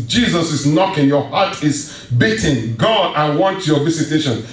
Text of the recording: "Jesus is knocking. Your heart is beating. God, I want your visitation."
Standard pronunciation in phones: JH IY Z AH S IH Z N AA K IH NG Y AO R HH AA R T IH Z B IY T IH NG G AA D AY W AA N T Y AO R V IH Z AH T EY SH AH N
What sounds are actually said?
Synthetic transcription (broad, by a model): JH IY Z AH S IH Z N AA K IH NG Y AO HH AA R T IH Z B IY T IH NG G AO AY W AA N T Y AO V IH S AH T EY SH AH N